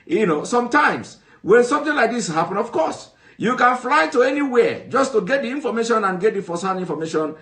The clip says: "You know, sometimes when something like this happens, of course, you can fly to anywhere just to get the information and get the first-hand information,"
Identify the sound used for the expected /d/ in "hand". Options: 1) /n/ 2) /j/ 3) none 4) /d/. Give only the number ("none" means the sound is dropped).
3